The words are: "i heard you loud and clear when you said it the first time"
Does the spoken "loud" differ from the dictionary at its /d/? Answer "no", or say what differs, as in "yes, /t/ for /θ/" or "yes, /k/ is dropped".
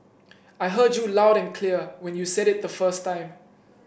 no